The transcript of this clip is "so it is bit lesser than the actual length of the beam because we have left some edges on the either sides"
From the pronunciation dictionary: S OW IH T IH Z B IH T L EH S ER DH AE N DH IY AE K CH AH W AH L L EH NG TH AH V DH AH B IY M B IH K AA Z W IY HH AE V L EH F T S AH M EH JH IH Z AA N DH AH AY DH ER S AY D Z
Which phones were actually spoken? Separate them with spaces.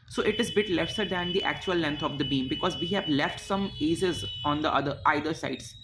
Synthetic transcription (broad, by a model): S OW IH T IH Z B IH T L EH S ER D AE N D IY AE K CH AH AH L L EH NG T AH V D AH B IY M B IH K AA Z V IY HH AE V L EH F T S AH M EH Z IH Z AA N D AH AY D ER S AY D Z